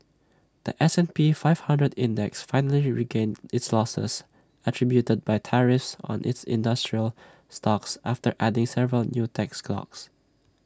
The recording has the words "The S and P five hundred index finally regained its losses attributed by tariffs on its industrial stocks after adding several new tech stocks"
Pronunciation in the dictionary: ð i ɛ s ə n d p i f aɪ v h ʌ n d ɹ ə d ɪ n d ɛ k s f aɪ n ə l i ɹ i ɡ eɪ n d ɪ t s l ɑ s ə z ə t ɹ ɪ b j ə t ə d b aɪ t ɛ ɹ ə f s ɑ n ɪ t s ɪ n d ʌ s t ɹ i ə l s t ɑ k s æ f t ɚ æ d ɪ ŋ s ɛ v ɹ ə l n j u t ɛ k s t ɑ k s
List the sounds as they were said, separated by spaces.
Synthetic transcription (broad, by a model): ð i ɛ s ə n p i f aɪ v h ʌ n d ɹ ə d ɪ n d ɛ k s f aɪ n ə l i ɹ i ɡ eɪ n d ɪ t s l ɑ s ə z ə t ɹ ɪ b j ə t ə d b aɪ t ɛ ɹ ə f s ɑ n ɪ t s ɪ n d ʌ s t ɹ i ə l s t ɑ k s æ f t ɚ æ d ɪ ŋ s ɛ v ɹ ə l n j u t ɛ k s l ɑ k s